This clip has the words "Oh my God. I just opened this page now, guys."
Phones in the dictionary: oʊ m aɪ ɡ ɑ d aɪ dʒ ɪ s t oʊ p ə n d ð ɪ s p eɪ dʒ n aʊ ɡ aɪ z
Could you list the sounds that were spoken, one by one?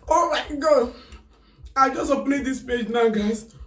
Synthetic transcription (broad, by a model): oʊ m aɪ ɡ ɑ d aɪ dʒ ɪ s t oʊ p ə d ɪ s p eɪ dʒ n aʊ ɡ aɪ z